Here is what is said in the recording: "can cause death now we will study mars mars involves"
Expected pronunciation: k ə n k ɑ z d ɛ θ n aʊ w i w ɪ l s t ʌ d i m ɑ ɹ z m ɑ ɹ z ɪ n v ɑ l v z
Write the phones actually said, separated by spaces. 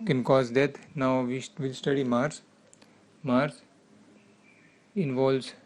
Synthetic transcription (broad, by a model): k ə n k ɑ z d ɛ t n aʊ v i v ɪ l s t ʌ d i m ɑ ɹ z m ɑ ɹ s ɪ n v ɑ l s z